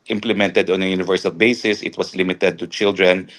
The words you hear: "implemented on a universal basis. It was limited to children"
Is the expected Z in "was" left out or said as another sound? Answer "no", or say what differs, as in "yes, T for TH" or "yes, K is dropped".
yes, S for Z